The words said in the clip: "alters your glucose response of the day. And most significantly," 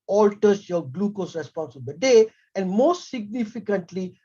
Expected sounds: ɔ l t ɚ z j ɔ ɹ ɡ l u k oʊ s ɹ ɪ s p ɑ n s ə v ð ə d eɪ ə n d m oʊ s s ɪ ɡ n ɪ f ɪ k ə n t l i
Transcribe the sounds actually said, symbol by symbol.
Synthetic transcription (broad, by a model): ɔ l t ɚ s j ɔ ɡ l u k oʊ s ɹ ɪ s p ɑ n s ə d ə d eɪ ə n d m oʊ s s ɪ ɡ n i f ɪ k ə n t l i